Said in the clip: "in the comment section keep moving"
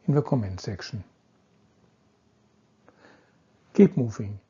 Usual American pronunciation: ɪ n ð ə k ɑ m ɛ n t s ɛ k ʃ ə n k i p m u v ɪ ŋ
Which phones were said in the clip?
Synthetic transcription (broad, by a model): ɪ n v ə k ɑ m ɛ n t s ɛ k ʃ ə n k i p m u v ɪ ŋ